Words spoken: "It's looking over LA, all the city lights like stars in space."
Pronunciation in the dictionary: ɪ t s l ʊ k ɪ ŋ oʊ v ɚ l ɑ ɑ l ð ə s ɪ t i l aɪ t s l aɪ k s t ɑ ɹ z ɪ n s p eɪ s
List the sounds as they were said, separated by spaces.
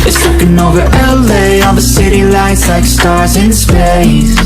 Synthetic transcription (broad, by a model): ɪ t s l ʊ k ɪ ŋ oʊ v ɚ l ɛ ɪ n ð ə s ɪ t i l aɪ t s l aɪ k s t ɑ ɹ z ɪ n s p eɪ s